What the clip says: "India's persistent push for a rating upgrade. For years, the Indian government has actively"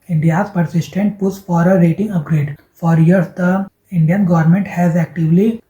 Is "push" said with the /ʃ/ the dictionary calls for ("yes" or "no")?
no